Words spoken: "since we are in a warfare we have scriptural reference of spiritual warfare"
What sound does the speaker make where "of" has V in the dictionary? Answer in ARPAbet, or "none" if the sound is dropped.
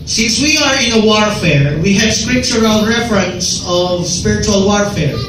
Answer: V